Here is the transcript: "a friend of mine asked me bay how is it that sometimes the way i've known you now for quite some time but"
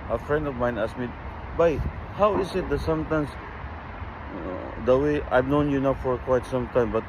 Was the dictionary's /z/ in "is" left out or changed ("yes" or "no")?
yes